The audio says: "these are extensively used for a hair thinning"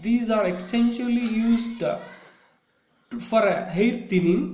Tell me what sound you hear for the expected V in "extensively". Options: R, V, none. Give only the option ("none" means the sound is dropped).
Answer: none